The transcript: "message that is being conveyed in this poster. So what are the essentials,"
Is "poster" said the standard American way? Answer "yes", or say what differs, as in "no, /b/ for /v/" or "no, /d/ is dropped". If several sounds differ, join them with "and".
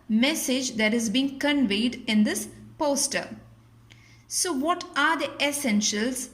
yes